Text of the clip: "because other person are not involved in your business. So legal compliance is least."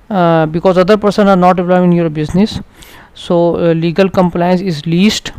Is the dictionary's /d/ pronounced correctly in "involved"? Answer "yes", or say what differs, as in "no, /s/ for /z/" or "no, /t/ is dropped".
no, /d/ is dropped